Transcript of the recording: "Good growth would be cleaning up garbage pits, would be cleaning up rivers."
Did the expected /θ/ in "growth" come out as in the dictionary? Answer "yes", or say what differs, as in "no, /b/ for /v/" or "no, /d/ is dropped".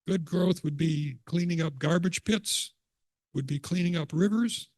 yes